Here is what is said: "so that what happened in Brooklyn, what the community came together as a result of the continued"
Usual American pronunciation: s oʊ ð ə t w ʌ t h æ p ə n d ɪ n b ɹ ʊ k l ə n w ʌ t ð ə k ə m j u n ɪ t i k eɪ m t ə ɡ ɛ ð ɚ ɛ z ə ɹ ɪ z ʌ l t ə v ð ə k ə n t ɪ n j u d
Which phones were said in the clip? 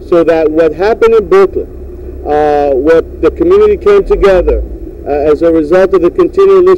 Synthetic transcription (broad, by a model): s oʊ ð ə t w ʌ t h æ p ə n d ɪ n b ʊ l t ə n w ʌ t ð ə k ə m j u n ɪ t i k eɪ m t ə ɡ ɛ ð ɚ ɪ z ə ɹ ɪ z ʌ l t ə v ð ə k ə n t ɪ n j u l